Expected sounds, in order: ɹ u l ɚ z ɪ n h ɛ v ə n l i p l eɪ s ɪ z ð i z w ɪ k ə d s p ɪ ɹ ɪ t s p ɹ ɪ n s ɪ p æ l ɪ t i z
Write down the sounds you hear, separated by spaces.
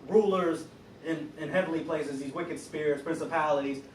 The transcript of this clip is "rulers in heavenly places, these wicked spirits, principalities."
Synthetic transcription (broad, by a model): ɹ u l ɚ z ɪ n h ɛ v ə n l i p l eɪ s ɪ z ð i z w ɪ k ə d s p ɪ ɹ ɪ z p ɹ ɪ n s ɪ p æ l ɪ t i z